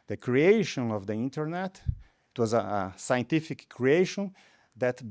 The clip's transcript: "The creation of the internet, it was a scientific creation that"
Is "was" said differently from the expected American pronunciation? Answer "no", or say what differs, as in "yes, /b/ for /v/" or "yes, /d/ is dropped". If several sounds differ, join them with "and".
no